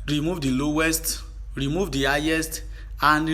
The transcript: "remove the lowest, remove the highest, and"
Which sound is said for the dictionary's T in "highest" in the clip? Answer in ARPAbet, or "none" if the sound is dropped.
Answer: T